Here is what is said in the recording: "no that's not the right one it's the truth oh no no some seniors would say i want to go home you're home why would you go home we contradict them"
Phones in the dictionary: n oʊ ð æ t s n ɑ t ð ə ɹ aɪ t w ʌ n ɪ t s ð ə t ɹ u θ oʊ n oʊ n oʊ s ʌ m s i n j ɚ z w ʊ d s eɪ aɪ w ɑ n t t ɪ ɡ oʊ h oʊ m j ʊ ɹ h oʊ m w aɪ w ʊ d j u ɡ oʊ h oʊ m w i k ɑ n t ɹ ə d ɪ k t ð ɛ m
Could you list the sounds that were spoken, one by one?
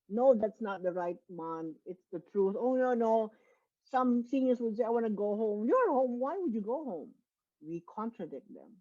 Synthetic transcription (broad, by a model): n oʊ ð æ t s n ɑ t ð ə ɹ aɪ t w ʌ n ɪ t s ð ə t ɹ u θ oʊ n oʊ n oʊ s ʌ m s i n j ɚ s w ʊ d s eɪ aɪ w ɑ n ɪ ɡ oʊ h oʊ m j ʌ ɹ h oʊ m w aɪ w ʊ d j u ɡ oʊ h oʊ m w i k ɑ n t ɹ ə d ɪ k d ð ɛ m